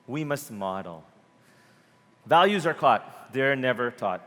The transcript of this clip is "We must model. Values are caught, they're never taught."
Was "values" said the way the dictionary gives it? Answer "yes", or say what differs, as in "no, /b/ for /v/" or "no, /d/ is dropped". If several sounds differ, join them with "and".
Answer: yes